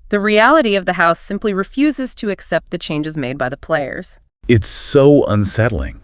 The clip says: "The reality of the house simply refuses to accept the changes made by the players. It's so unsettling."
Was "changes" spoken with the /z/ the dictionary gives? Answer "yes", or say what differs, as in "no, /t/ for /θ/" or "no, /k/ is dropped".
yes